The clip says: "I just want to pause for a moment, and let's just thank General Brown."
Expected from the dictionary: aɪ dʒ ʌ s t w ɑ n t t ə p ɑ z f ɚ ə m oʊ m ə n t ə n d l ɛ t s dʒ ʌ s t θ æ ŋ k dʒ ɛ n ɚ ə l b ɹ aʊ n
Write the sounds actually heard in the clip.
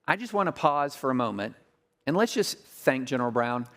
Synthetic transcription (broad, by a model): aɪ dʒ ʌ s t w ɑ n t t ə p ɑ z f ɚ ə m oʊ m ə n t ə n l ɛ t s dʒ ʌ s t θ æ ŋ k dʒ ɛ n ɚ l b ɹ aʊ n